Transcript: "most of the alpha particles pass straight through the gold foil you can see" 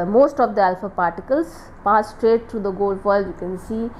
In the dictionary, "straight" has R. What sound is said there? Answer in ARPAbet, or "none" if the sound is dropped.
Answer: R